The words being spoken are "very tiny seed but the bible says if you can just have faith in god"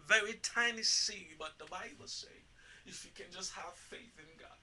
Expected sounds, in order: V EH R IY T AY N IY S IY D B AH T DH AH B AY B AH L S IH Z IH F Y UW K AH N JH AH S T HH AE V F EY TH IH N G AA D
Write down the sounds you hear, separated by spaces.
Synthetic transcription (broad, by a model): V EH R IY T AY N IY S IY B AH T DH AH B AY B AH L S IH IH F Y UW K AH N JH AH S T HH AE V F EY TH IH N G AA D